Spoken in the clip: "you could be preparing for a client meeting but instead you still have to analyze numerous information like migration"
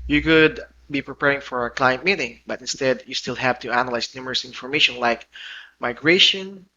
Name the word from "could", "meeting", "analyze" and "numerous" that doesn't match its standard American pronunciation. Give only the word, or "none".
analyze